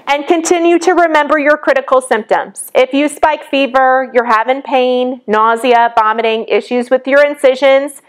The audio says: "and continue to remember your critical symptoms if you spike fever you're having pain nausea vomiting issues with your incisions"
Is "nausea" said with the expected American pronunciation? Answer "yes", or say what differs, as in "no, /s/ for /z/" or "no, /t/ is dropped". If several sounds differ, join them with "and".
yes